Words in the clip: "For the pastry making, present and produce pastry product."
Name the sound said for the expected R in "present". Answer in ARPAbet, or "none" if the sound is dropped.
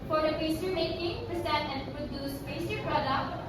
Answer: none